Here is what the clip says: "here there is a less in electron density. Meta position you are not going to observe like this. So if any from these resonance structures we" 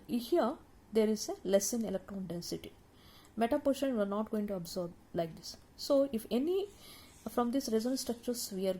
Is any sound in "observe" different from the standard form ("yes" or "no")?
yes